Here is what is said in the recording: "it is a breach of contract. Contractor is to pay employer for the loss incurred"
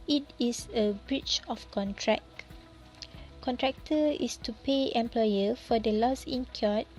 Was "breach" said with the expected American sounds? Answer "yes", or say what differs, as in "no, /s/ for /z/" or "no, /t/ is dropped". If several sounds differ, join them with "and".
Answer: yes